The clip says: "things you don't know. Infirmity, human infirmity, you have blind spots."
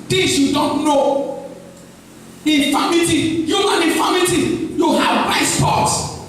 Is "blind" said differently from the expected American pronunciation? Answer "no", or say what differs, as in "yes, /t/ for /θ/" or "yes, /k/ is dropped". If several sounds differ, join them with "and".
yes, /l/ is dropped